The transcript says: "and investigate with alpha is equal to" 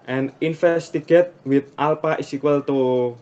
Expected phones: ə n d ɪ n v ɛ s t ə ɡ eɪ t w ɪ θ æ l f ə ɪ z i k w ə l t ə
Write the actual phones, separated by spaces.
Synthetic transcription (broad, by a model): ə n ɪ n f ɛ s t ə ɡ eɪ t w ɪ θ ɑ l p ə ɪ s i k w ə l t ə